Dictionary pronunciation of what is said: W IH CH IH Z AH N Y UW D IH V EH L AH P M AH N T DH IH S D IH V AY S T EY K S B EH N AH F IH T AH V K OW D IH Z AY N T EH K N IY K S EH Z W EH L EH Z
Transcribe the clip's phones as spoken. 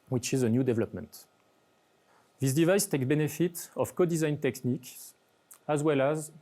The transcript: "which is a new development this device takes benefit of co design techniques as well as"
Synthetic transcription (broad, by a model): W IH CH IH Z AH N Y UW D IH V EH L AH P M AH N T DH IH S D IH V AY S T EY K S B EH N AH F IH T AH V K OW D IH Z AY N T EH K N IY K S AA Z W EH L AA Z